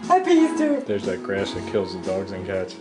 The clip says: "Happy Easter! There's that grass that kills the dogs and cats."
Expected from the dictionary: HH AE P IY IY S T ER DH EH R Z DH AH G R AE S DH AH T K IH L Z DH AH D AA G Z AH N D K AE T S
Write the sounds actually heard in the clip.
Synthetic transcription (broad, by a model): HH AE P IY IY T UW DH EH R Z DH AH G R AE S DH AH T K IH L Z DH AH D AA G Z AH N K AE T S